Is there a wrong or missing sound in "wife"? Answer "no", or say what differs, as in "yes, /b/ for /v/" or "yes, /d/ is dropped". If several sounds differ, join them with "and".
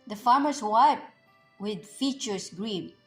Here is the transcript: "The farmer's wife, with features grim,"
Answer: yes, /p/ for /f/